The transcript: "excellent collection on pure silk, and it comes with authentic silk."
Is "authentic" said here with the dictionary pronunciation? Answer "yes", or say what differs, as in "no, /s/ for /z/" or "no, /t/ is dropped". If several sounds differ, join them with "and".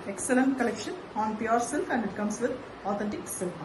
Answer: no, /t/ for /θ/ and /l/ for /n/